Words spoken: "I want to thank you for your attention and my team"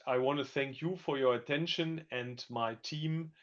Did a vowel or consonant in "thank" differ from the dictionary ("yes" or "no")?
no